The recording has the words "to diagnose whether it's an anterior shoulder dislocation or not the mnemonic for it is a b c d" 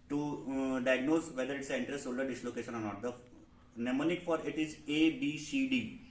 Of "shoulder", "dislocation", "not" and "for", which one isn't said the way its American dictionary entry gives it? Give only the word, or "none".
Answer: shoulder